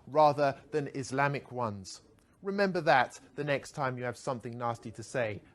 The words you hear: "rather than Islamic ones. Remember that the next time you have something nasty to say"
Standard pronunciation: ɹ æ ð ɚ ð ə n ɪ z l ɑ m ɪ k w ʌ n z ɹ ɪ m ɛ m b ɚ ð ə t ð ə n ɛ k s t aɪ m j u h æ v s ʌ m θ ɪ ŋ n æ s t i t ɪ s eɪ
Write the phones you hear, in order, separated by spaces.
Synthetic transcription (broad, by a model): ɹ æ ð ɚ ð ə n ɪ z l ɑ m ɪ k w ʌ n z ɹ ɪ m ɛ m b ɚ ð ə t ð ə n ɛ k s t aɪ m j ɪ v s ʌ m θ ɪ ŋ n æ s t i t ɪ s eɪ